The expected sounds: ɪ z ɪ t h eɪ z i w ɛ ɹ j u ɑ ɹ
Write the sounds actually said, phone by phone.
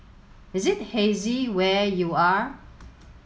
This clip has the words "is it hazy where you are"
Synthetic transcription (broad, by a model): ɪ z ɪ t h eɪ z i w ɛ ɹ j u ɑ ɹ